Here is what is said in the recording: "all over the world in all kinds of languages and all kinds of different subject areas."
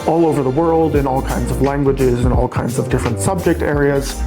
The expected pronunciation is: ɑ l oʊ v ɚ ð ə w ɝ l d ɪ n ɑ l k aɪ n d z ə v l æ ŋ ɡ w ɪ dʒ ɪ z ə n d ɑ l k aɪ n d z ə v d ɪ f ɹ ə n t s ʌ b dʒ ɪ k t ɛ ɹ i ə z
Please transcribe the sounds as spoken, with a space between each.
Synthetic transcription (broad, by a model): ɑ l oʊ v ɚ ð ə w ɝ l d ɪ n ɑ l k aɪ n d z ə v l æ ŋ ɡ w ɪ dʒ ɪ z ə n ɑ l k aɪ n d z ə v d ɪ f ɹ ə n t s ʌ b dʒ ɪ k t ɛ ɹ i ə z